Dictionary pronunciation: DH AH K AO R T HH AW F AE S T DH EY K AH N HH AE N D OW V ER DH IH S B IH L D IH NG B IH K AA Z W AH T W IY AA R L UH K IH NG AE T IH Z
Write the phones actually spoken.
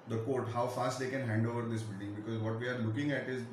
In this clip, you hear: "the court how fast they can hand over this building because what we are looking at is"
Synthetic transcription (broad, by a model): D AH K AO R T HH AW F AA S T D EY K AH N HH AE N D OW V ER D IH S B IH L D IH NG B IH K AA Z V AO T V IY AA R L UH K IH NG AE T IH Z